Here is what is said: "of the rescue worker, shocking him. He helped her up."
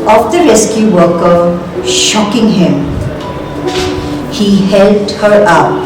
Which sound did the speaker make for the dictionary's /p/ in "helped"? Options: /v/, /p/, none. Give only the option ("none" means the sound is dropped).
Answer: none